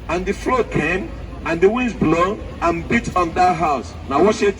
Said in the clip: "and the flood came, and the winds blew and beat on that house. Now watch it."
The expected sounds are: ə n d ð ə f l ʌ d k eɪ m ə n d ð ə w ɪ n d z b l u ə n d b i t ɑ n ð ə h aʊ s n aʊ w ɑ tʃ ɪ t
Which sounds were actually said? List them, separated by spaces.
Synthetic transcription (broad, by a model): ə n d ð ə f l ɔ k eɪ m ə n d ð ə w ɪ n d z b l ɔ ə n b i t ɑ n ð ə h aʊ s n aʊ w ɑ s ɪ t